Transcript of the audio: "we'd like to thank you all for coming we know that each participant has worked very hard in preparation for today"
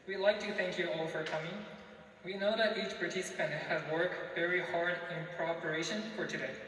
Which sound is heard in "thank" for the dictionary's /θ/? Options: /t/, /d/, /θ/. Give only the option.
/θ/